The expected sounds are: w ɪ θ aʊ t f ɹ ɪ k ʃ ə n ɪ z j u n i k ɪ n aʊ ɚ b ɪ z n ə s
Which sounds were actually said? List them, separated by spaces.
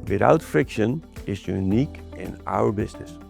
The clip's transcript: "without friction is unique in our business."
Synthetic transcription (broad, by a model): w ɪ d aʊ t f ɹ ɪ k ʃ ə n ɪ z j u n i k ɪ n aʊ ɚ b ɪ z n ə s